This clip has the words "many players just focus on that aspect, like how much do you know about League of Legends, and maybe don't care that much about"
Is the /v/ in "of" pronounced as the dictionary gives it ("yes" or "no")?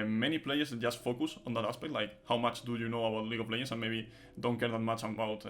no